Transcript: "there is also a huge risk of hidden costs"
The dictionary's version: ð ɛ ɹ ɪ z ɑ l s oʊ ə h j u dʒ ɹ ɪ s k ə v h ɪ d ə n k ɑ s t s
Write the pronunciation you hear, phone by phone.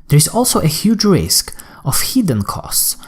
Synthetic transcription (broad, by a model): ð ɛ ɹ ɪ z ɑ l s oʊ ə h j u dʒ ɹ ɪ s k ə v h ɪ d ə n k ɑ s t s